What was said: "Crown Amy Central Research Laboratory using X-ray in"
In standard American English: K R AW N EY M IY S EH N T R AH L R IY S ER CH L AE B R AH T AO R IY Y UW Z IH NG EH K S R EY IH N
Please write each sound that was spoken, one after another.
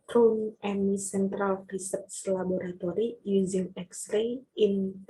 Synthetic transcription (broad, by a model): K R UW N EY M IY S EH N T R AH L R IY S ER S L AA B R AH T AO R IY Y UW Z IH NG EH K S R EY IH N